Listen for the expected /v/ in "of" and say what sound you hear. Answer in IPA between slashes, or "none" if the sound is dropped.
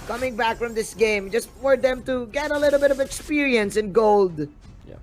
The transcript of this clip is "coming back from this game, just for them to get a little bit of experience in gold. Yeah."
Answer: /v/